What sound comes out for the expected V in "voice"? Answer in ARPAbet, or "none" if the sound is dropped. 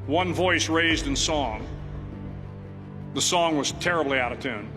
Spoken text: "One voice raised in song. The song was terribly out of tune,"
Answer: V